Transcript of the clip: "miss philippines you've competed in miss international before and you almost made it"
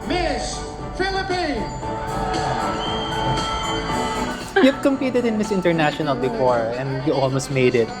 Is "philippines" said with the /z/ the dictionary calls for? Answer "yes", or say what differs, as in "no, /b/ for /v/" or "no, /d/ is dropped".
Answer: no, /z/ is dropped